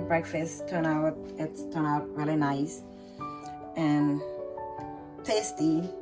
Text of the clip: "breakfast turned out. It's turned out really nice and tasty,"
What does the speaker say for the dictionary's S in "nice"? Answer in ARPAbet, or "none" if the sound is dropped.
S